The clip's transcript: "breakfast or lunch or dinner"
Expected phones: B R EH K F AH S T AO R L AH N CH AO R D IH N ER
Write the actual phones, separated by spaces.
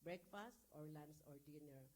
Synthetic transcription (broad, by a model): B R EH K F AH S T AO R L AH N S AO R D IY N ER